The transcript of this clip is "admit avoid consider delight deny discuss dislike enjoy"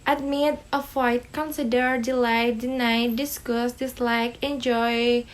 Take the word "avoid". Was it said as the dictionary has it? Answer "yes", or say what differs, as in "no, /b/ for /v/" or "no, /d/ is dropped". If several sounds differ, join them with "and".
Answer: no, /f/ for /v/